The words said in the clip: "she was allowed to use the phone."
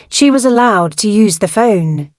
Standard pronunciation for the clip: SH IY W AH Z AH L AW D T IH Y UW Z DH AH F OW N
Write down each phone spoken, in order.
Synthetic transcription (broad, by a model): SH IY W AH Z AH L AW D T IH Y UW Z DH AH F OW N